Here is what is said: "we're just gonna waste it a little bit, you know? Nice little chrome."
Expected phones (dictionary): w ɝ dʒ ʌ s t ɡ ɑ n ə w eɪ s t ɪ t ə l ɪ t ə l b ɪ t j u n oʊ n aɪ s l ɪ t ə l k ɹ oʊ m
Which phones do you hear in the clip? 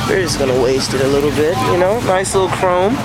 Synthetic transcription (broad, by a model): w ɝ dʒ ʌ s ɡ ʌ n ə w eɪ s t ɪ t ə l ɪ t l b ɪ t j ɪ n oʊ n aɪ s l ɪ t l k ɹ oʊ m